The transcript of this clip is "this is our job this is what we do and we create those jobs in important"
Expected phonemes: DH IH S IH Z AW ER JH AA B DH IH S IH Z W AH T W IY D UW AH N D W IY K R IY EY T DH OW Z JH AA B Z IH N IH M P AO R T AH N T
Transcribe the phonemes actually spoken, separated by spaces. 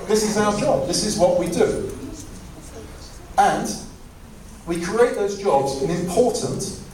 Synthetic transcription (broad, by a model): DH IH S IH Z AW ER JH AA B DH IH S IH Z W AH T W IY D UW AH N W IY K R IY EY T DH OW Z JH AA B Z IH N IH M P AO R T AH N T